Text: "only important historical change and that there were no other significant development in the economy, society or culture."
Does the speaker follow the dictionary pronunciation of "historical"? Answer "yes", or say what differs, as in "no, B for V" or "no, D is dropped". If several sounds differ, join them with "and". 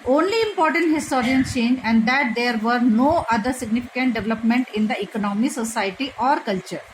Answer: no, K is dropped and N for L